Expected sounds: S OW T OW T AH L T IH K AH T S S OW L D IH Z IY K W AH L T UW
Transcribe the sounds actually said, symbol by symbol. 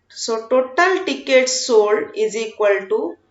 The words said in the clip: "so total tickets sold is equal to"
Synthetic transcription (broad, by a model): S OW T OW T AH L T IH K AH T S S OW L IH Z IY K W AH L T UW